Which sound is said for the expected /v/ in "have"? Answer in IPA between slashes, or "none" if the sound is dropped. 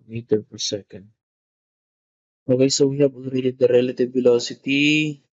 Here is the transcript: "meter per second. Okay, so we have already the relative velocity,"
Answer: /b/